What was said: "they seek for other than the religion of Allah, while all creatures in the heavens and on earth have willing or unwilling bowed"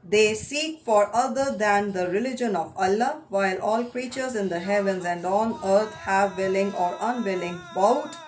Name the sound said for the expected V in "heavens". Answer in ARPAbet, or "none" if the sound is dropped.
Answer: V